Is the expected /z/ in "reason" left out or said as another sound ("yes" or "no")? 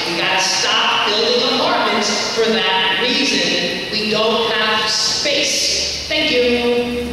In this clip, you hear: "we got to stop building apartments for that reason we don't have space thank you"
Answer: no